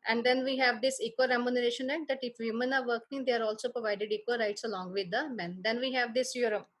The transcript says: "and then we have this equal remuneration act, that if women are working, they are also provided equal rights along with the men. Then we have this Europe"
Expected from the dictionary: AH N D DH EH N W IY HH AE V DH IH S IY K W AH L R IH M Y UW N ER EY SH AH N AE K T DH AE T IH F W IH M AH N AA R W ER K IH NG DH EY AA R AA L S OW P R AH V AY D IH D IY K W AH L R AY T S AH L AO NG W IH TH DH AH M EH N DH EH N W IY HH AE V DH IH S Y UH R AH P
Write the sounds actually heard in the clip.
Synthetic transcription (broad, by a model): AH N D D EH N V IY HH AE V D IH S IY K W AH R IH M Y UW N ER EY SH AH N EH T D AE T IH F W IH M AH N AA R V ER K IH NG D EY AA R AA L S OW P R AH V AY D IH D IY K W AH R AY T S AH L AO NG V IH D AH M EH N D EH N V IY HH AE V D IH S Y R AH